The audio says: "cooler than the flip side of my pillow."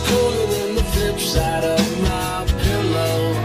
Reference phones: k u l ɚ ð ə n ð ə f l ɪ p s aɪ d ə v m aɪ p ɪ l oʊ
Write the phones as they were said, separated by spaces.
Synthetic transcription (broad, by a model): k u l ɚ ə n ð ə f ɪ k s aɪ d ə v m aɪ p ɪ l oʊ